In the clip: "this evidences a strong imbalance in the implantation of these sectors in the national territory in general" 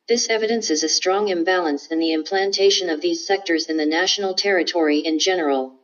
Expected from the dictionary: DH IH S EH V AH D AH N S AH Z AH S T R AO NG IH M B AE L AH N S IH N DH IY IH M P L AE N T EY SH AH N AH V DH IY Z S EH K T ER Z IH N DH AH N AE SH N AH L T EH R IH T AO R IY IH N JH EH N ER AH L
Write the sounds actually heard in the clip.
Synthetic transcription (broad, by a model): DH IH S EH V AH D AH N S AH Z AH S T R AO NG IH M B AE L AH N S IH N DH IY IH M P L AE N T EY SH AH N AH V DH IY Z S EH K T ER Z IH N DH AH N AE SH N L T EH R IH T AO R IY IH N JH EH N ER L